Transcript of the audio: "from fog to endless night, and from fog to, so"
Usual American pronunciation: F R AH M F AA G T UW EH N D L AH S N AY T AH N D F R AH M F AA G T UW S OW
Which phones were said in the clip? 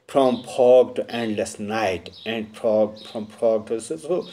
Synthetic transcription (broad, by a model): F R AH M P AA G T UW EH N D L AH S N AY T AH N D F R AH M P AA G T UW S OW